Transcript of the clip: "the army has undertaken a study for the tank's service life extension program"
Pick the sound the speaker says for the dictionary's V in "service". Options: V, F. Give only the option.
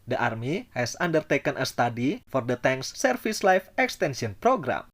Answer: F